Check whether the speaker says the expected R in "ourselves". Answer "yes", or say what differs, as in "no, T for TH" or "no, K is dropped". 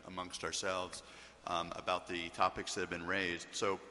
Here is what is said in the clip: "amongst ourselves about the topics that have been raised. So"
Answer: yes